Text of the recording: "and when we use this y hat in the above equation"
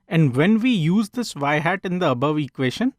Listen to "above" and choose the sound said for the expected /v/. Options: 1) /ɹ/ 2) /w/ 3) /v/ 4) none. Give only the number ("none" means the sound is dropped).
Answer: 3